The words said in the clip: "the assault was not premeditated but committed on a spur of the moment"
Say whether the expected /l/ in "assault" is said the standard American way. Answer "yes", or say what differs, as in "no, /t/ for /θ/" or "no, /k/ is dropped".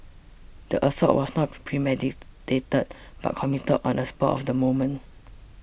no, /l/ is dropped